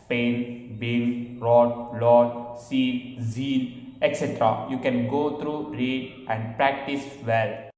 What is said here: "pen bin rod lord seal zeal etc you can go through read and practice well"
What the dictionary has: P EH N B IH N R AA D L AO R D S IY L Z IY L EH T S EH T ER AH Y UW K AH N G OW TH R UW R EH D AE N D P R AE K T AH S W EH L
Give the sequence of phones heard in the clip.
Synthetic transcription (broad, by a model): P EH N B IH L R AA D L AO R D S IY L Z IY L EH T S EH T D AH Y UW K AH N G OW T R UW R EH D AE N D P R AE K T AH S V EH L